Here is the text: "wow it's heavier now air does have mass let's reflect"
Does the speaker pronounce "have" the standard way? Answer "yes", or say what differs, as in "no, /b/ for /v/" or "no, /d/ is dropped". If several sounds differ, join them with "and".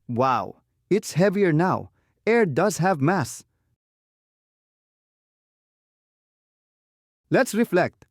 yes